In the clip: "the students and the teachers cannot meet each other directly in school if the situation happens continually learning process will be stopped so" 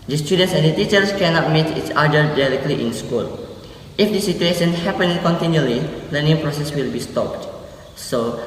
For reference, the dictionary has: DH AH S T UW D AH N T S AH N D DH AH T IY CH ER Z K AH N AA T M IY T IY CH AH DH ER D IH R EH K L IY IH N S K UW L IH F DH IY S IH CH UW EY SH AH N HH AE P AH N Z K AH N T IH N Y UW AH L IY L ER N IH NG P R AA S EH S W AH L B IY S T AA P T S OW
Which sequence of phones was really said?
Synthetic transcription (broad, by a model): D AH S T UW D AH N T S AH N D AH T IY CH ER S K AH N AA T M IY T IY S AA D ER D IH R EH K L IY IH N S K UW L IH F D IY S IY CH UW EY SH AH N HH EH P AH N K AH N T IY N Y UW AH L IY L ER N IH NG P R AA S EH S W AH L B IY S T AA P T S OW